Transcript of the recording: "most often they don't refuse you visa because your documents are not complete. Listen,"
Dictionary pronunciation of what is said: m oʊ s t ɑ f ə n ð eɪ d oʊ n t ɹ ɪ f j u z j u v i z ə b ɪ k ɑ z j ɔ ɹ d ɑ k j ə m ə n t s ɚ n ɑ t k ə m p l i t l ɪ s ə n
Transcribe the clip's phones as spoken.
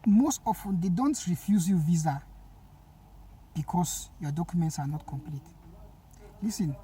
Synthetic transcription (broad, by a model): m oʊ s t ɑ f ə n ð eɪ d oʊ n t ɹ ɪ f j u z j u v i z ə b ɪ k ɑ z j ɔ d ɑ k j ə m ə n t s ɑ n ɑ t k ə m p l i t l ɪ s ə n